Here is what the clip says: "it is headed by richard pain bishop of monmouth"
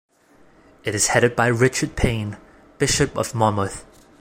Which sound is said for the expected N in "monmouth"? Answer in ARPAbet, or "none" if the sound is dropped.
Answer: none